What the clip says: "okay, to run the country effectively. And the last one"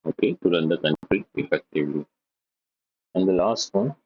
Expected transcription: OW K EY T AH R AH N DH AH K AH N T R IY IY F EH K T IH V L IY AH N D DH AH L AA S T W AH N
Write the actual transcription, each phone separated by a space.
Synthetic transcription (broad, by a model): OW K EY T AH R AH N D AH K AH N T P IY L P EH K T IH L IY AH N D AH L AA S T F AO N